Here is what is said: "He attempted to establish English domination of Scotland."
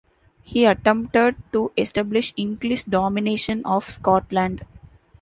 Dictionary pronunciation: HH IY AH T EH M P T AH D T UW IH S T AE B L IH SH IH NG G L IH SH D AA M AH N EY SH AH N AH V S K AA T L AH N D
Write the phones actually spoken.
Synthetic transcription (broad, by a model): HH IY AH T EH M P T AH D T UW IH S T AE B L IH SH IH NG G L IH SH D AA M AH N EY SH AH N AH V S K AA T L AH N D